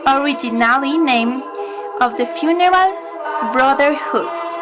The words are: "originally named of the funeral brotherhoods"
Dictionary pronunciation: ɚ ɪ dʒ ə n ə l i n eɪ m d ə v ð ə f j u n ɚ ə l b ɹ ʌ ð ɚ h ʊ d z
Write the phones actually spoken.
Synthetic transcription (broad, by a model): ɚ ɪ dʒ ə n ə l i n eɪ m ə v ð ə f j u n ɚ ə l b ɹ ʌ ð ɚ h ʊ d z